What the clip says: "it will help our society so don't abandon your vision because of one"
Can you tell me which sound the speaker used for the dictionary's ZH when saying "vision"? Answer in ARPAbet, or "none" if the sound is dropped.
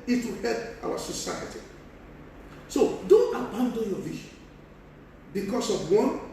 SH